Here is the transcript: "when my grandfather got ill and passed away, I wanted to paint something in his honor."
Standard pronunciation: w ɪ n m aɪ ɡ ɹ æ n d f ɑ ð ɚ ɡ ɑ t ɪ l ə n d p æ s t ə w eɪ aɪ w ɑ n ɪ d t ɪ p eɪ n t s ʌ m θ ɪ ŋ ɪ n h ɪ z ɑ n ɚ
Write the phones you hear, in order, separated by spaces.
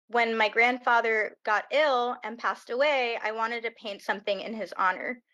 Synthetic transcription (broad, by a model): w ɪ n m aɪ ɡ ɹ æ n d f ɑ ð ɚ ɡ ɑ t ɪ l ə n p æ s t ə w eɪ aɪ w ɑ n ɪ d t ɪ p eɪ n t s ʌ m θ ɪ ŋ ɪ n ɪ z ɑ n ɚ